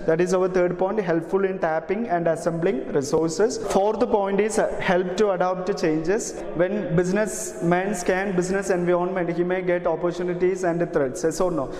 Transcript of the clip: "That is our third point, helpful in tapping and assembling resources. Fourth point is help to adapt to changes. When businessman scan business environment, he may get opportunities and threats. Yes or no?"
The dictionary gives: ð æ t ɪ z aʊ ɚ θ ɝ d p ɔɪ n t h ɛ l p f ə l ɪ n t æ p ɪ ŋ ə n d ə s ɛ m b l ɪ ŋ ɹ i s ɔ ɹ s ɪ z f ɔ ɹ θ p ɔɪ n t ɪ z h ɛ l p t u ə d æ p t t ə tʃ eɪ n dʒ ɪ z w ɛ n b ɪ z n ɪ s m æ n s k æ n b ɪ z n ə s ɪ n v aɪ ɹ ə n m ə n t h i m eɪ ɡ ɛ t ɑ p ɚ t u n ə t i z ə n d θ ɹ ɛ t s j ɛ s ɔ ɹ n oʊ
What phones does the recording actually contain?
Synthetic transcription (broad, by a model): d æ t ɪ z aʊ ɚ t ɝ d p ɔɪ n t h ɛ l p f ə l ɪ n t æ p ɪ ŋ ə n d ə s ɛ m b l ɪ ŋ ɹ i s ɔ ɹ s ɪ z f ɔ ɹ t p ɔɪ n t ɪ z h ɛ l p t u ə d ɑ p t t tʃ eɪ n dʒ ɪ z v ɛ n b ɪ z n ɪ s m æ n s k æ n b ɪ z n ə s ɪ n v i ə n m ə n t h i m eɪ ɡ ɛ t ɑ p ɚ t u n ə t i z ə n d t ɹ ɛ t s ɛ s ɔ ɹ n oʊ